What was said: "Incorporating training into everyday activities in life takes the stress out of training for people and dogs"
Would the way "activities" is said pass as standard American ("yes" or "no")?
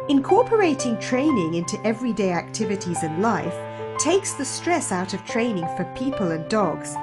yes